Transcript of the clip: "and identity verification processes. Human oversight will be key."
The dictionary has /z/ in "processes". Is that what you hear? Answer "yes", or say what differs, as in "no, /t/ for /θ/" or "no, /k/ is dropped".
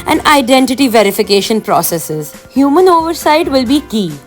yes